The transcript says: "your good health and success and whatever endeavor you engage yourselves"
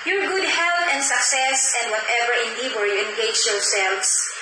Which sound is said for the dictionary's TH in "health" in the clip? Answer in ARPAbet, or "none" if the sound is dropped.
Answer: T